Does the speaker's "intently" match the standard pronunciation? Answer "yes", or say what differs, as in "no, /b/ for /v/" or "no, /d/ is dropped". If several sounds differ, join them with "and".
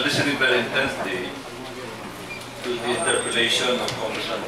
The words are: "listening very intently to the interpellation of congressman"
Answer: no, /l/ is dropped